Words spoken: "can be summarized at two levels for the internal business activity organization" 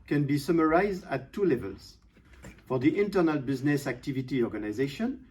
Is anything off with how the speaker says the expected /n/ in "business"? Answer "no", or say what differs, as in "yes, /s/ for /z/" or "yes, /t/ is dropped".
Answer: no